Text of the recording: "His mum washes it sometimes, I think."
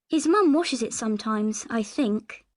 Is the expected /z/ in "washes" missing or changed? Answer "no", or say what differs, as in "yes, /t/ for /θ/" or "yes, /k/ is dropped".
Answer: no